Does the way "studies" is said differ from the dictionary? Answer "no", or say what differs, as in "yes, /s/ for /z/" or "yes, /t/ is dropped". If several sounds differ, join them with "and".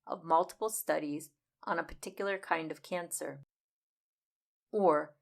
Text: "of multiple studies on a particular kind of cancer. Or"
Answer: no